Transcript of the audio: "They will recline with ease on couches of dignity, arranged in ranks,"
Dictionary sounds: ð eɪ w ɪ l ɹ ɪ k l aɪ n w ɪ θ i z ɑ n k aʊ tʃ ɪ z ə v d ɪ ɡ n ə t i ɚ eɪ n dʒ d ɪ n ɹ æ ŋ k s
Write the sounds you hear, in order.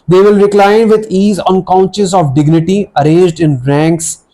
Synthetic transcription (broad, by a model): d eɪ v ɪ l ɹ ɪ k l aɪ n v ɪ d i z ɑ n k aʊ ʃ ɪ s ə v d ɪ ɡ n ə t i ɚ eɪ n dʒ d ɪ n ɹ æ ŋ k s